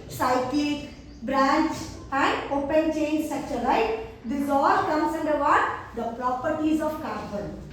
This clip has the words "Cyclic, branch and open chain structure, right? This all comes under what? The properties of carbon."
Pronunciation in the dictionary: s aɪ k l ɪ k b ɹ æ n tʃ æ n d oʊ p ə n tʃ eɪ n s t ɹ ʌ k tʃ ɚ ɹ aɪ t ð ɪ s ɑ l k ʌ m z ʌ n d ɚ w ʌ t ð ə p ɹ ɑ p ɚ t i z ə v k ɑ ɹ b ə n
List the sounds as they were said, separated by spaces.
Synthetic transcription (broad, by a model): s aɪ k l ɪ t b ɹ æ n tʃ æ n d oʊ p ə n tʃ eɪ n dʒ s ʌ tʃ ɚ l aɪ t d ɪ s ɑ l k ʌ m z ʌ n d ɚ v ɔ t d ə p ɹ ɑ p ɚ t i z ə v k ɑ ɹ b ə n